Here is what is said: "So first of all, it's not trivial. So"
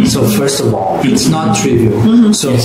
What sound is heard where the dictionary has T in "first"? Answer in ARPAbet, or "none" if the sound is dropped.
T